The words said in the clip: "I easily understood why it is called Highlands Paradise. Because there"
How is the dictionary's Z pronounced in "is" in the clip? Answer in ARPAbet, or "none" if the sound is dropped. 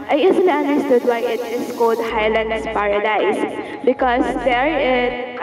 S